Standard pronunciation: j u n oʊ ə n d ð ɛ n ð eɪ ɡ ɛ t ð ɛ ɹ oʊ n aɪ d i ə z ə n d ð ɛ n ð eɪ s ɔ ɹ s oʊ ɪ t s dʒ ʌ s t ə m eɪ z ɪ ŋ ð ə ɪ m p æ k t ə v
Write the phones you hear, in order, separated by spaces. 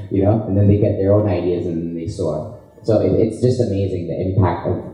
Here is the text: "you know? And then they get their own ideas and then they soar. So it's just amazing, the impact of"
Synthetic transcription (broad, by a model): j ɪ n oʊ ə n ð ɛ n ð eɪ ɡ ɛ t ð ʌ ɹ oʊ n aɪ d i ə z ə n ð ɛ n ð eɪ s ɔ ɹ s oʊ ɪ t s dʒ ʌ s t ə m eɪ z ɪ ŋ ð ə ɪ m p æ k t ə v